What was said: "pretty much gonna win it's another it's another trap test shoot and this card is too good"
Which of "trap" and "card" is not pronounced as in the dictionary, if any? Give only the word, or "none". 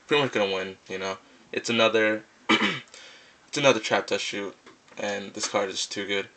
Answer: none